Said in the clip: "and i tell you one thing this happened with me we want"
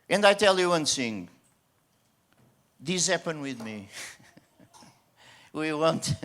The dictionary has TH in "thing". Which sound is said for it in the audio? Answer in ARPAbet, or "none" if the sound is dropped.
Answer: S